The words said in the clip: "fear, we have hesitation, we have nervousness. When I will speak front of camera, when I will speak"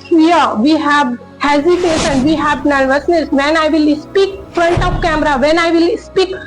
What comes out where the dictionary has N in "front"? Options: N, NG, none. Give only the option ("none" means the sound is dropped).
N